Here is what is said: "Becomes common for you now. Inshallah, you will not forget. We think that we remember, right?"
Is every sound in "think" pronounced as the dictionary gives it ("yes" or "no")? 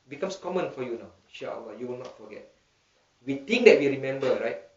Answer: no